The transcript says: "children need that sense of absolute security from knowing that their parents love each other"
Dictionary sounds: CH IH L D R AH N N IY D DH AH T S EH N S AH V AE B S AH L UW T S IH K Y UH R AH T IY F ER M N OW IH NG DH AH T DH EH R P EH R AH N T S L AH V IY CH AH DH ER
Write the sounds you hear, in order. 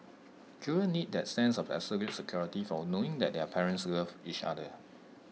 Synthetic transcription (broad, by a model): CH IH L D AH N N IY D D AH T S EH N S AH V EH S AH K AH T S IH K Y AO R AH T IY F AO N OW IH NG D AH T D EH P EH R AH N T S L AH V IY CH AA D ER